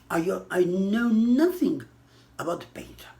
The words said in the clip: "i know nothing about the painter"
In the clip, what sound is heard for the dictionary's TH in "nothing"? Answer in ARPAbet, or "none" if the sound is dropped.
TH